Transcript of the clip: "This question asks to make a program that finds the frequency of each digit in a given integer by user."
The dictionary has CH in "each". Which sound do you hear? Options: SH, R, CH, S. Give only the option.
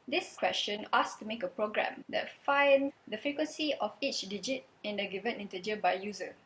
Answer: CH